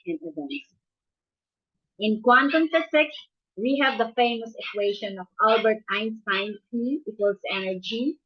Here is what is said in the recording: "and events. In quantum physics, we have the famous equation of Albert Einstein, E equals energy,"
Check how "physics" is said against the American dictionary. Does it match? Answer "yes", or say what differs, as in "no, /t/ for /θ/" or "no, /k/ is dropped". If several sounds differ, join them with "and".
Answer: no, /s/ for /z/